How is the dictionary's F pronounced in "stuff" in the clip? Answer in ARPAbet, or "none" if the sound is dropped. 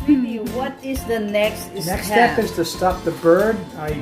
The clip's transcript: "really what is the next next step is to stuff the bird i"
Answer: P